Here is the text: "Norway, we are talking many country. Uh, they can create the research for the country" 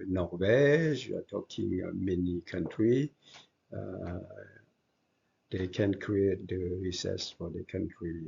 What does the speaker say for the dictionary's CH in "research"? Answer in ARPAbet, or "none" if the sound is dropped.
S